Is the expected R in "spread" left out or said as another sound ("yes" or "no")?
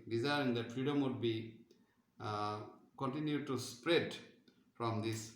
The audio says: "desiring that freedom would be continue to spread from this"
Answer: no